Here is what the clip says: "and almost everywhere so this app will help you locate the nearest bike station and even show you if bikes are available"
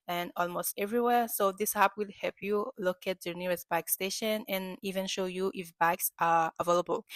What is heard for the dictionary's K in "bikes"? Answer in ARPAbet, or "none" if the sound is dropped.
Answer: K